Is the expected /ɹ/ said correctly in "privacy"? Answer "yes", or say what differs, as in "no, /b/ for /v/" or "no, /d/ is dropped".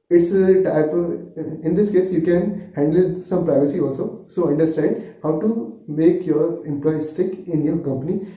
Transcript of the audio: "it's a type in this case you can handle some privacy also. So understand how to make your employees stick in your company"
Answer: yes